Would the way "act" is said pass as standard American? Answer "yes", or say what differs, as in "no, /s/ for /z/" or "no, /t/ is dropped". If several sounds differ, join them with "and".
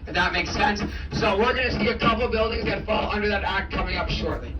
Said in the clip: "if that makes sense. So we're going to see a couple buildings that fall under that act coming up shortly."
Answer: yes